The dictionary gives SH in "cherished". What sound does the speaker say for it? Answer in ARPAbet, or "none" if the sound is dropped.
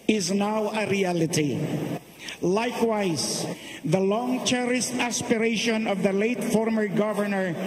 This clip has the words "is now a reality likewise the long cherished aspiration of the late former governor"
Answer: S